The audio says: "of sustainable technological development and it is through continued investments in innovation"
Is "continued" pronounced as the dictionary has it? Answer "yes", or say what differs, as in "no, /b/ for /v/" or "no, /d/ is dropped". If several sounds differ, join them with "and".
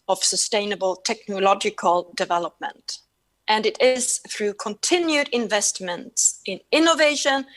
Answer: yes